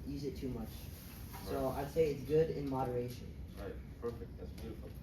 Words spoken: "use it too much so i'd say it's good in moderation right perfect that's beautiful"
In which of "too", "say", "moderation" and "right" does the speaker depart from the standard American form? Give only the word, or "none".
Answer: none